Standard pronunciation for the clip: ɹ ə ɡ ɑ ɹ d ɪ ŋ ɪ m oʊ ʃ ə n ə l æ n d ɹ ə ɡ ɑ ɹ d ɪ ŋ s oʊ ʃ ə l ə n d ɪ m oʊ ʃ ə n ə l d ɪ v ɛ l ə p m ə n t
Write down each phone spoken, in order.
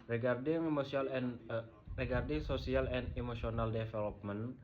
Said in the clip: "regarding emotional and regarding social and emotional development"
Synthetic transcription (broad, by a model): ɹ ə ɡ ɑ ɹ d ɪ ŋ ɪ m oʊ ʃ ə ə l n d ɹ ə ɡ ɑ ɹ d ɪ ŋ s oʊ s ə l ə n d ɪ m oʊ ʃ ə n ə l d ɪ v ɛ l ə p m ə n